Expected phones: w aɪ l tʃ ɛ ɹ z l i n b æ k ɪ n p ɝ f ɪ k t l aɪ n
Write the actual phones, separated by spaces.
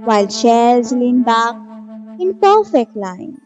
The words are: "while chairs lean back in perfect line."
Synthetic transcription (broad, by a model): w aɪ l ʃ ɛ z l i n b æ k ɪ n p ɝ f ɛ k t l aɪ n